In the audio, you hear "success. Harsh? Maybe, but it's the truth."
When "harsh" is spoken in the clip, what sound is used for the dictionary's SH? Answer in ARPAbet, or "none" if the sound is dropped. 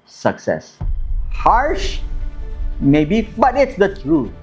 SH